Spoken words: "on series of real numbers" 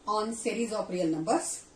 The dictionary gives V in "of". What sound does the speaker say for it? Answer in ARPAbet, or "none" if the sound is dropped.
P